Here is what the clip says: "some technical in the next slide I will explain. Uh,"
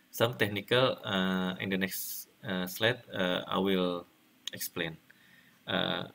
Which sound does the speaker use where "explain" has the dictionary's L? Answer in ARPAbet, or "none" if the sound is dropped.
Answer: L